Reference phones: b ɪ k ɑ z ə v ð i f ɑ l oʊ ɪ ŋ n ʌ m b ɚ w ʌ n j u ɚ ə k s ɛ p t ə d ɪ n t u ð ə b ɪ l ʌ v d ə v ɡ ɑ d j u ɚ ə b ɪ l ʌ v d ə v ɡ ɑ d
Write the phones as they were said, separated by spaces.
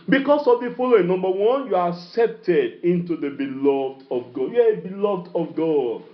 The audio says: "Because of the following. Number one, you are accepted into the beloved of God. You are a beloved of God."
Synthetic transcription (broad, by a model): b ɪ k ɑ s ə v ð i f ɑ l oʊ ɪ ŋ n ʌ m b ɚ w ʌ n j u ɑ ə k s ɛ p t ə d ɪ n t u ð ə b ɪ l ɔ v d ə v ɡ ɑ d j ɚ ə b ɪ l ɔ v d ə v ɡ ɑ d